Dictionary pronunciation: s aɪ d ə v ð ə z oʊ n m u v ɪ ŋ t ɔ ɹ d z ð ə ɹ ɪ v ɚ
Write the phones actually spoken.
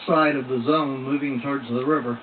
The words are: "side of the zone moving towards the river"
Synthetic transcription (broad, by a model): s aɪ d ə v ð ə z oʊ n m u v ɪ ŋ t ɔ ɹ d z ð ə ɹ ɪ v ɚ